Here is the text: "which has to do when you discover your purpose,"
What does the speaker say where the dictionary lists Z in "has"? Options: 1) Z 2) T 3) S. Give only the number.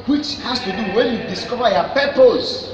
3